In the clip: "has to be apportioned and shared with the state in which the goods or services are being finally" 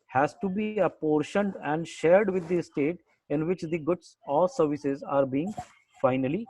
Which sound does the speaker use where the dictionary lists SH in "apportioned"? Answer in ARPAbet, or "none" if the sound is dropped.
SH